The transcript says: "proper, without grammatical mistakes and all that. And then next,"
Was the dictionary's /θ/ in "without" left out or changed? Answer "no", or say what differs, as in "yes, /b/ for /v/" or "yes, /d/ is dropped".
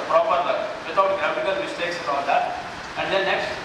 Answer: yes, /t/ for /θ/